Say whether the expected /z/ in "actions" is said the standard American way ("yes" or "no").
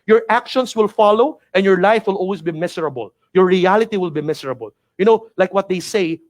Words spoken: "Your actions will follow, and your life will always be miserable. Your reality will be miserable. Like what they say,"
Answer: no